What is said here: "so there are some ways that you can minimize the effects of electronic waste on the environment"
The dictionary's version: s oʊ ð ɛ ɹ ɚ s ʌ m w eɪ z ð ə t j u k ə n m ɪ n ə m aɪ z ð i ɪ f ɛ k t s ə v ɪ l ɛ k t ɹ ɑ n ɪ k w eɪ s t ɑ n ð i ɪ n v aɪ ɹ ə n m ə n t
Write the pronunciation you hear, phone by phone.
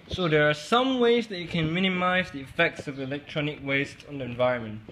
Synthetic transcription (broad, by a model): s oʊ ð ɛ ɹ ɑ s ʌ m w eɪ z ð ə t j u k ə n m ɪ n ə m aɪ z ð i ɪ f ɛ k t s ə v ɪ l ɛ k t ɹ ɑ n ɪ k w eɪ s t ɑ n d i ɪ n v aɪ ɹ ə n m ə n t